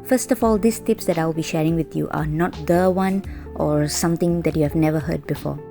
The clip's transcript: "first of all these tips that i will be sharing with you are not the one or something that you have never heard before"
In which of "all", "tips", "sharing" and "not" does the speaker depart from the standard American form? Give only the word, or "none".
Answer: none